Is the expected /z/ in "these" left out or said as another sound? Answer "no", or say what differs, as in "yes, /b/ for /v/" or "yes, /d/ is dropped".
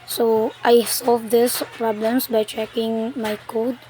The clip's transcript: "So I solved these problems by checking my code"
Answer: yes, /s/ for /z/